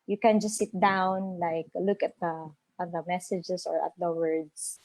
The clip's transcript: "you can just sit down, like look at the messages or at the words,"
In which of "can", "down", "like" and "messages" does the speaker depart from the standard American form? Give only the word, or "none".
messages